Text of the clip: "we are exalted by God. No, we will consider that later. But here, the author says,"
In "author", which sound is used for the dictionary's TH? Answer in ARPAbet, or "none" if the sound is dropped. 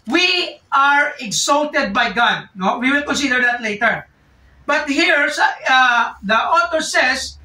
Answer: T